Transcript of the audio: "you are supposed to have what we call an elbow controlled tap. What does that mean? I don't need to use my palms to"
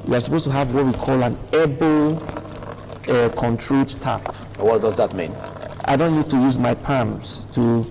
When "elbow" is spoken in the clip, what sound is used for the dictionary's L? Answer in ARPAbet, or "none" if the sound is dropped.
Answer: none